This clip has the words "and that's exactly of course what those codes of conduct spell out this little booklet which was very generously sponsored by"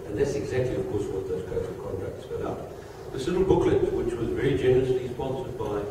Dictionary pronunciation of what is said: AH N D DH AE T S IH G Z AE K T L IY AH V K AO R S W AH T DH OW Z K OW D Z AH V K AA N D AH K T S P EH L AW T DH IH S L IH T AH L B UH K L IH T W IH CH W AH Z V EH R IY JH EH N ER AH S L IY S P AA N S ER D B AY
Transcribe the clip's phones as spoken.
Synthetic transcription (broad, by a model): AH N DH AE T S IH G Z AE K T L IY AH V K AO R S W AH T DH OW Z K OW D AH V K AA N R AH K T S F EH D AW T DH IH S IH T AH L B UH K L IH T W IH CH W AH Z V EH R IY JH EH N ER AH S L IY S P AA N S ER D B AY